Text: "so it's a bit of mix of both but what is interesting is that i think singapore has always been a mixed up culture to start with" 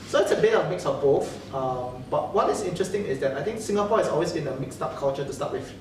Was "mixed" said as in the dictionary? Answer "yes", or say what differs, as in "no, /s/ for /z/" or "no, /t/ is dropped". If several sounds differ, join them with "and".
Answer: yes